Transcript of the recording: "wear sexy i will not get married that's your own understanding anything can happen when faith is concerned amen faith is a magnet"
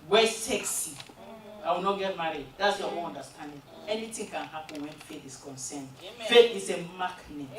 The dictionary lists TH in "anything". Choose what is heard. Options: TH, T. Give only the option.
T